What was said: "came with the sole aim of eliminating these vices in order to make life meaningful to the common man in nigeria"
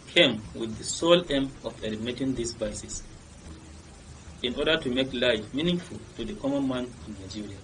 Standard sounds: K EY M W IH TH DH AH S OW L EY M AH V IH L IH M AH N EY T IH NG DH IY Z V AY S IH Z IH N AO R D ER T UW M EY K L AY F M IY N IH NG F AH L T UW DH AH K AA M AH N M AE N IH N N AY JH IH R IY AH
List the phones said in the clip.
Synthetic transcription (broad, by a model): K EY M W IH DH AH S OW L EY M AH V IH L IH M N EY T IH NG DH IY S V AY S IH S IH N AO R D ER T UW M EY K L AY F M IY N IH NG F AH L T UW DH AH K AA M AH N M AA N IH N N AY JH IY R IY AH